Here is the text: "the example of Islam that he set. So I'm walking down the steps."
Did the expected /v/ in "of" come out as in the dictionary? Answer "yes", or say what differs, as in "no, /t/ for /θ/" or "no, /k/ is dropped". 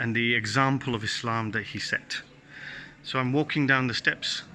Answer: yes